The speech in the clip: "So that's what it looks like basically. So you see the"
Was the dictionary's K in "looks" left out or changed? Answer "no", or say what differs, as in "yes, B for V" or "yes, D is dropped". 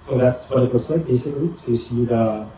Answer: yes, K is dropped